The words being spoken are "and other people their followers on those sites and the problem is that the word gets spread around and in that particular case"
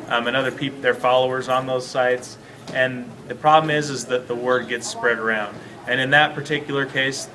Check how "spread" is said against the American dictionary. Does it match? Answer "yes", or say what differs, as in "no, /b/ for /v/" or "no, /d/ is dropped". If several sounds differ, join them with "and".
yes